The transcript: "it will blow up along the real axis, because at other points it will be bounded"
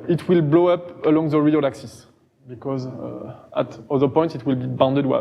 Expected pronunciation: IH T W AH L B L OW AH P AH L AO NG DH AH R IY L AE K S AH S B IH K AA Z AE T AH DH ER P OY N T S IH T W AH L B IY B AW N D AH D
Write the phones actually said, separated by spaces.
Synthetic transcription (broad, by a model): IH T W AH L B L OW AH P AH L AO NG DH AH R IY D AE K S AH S B IH K AA Z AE T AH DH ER P OY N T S IH T W AH L B IY B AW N D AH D